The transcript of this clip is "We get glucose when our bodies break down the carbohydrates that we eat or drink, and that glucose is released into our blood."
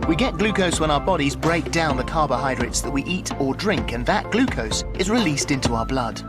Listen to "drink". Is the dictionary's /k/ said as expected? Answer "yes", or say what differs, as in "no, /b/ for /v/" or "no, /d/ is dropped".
yes